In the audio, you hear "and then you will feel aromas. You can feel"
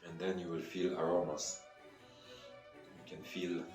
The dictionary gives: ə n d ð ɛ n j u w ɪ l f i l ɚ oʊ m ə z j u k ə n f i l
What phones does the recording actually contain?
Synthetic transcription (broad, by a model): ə n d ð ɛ n j u w ɪ l f i l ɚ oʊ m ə s j u k ə n f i l